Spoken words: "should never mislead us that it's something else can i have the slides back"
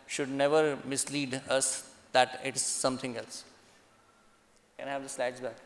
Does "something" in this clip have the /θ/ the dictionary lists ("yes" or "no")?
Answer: no